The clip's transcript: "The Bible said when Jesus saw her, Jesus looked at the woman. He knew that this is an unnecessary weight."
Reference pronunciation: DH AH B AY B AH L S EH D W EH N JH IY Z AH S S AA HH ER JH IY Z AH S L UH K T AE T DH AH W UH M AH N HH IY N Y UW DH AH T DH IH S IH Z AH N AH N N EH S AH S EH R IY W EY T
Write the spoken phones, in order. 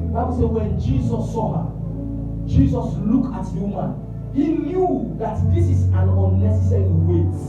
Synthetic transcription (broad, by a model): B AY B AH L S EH W EH N JH IY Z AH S S AA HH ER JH IY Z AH S L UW K AA T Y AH M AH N HH IY N Y UW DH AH T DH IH S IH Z AH N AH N N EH S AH S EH R IY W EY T